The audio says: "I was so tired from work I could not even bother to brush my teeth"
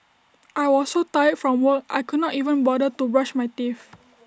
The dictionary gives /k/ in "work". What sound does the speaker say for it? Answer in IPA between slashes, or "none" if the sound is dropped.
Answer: none